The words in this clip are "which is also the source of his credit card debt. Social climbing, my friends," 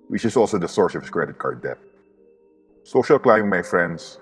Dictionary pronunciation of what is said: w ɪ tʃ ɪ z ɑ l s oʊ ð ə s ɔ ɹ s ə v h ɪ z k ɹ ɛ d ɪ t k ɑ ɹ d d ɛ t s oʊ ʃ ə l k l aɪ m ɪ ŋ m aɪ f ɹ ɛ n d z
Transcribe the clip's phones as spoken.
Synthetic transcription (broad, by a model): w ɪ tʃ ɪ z ɑ l s oʊ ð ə s ɔ ɹ s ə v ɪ s k ɹ ɛ d ɪ t k ɑ ɹ d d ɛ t s oʊ ʃ ə l k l aɪ ɪ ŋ m aɪ f ɹ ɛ n d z